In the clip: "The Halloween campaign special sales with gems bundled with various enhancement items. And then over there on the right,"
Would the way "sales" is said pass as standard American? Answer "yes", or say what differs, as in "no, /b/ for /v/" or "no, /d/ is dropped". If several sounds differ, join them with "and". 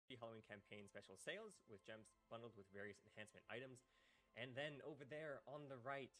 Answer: yes